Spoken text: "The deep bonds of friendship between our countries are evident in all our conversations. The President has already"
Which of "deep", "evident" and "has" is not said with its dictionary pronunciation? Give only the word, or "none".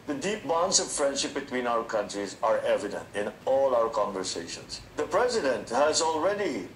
none